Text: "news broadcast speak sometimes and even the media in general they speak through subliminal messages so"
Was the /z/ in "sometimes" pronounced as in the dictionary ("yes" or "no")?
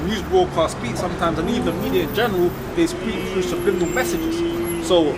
yes